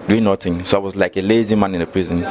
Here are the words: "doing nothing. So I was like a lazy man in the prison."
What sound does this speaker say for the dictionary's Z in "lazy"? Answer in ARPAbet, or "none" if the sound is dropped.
Z